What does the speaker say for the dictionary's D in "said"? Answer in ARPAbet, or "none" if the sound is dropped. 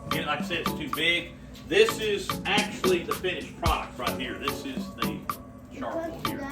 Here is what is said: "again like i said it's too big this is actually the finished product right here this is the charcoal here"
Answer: none